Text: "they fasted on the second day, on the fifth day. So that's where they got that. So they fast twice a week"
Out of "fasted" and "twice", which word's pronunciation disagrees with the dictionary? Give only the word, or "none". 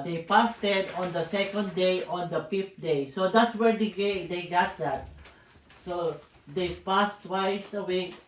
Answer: fasted